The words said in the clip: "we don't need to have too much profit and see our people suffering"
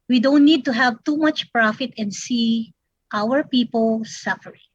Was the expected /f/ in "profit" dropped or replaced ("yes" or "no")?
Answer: no